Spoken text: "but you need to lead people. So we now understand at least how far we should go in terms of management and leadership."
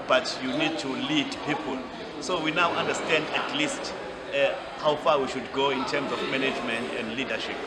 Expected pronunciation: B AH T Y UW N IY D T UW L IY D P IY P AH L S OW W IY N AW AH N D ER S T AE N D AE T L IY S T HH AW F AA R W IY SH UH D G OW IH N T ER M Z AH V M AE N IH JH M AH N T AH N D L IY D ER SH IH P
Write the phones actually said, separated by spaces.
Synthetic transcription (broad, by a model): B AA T Y UW N IY D T UW L IY D P IY P AH L S OW W IY N AW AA N D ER S T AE N D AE T L IY S T HH AW F AA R W IY SH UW D G OW IH N T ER M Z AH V M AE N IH JH M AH N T AH N D L IY D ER SH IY P